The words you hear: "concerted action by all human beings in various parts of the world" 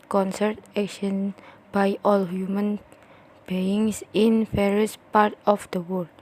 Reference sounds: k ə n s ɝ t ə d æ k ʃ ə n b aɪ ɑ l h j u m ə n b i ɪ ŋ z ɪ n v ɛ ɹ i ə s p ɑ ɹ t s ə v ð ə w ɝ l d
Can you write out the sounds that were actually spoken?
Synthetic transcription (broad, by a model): k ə n s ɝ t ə k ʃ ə n b aɪ ɑ l h j u m ə n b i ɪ ŋ s ɪ n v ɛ ɹ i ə s p ɑ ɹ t ə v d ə w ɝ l